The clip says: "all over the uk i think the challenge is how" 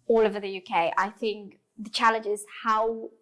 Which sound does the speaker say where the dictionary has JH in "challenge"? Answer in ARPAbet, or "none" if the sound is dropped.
JH